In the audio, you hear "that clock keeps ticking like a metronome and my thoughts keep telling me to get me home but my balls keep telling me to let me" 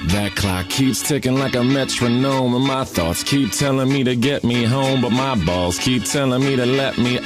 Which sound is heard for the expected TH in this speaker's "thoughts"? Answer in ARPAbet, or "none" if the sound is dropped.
TH